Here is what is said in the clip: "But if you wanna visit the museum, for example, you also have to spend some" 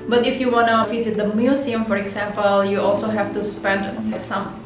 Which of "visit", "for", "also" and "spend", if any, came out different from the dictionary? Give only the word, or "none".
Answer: visit